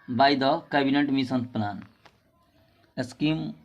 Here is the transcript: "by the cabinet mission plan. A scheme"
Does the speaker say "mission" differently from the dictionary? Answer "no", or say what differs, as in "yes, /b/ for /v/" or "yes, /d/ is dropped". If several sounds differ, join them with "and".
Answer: yes, /s/ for /ʃ/